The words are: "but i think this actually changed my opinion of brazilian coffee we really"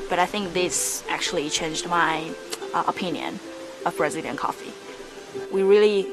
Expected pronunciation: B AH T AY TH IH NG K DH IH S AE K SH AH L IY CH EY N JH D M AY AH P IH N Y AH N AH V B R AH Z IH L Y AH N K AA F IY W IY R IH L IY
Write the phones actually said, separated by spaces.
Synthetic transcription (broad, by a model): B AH T AY TH IH NG K DH IH S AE K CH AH L IY CH EY N JH D M AY AH P IH N Y AH N AH V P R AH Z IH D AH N K AA F IY W IY R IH L IY